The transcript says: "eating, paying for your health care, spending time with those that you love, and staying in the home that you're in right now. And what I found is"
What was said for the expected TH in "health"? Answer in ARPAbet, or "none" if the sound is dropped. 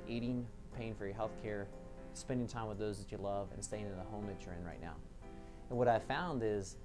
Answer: TH